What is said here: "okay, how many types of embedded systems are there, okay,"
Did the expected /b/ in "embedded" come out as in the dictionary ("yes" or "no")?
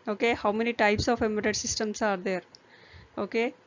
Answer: no